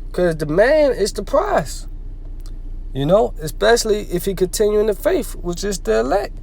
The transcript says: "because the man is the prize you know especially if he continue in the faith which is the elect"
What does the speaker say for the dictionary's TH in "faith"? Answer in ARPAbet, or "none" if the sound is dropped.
F